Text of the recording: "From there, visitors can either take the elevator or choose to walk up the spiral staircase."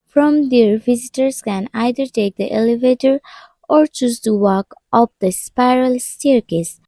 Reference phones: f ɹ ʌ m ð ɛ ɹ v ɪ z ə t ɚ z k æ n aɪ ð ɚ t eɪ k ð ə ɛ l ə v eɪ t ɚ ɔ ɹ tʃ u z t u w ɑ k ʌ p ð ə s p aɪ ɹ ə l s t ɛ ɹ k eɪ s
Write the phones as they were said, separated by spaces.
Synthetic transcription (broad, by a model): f ɹ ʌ m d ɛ ɹ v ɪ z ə t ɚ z k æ n aɪ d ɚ t eɪ k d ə ɛ l ə v eɪ t ɚ ɔ ɹ tʃ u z t u w ɑ k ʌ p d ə s p aɪ ɹ ə l s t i ɹ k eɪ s